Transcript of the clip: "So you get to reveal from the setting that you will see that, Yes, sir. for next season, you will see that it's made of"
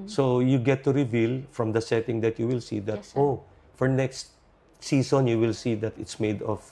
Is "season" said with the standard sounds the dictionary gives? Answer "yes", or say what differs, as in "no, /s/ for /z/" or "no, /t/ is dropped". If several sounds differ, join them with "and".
no, /s/ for /z/